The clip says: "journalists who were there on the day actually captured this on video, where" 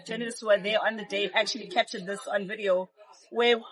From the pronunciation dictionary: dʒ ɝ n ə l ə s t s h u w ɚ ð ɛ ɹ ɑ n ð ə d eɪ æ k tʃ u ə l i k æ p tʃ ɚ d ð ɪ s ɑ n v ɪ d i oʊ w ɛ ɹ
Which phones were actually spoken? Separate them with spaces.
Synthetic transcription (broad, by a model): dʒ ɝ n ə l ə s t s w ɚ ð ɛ ɑ n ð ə d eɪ æ k tʃ u ə l i k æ p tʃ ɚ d ð ɪ s ɑ n v ɪ d i oʊ w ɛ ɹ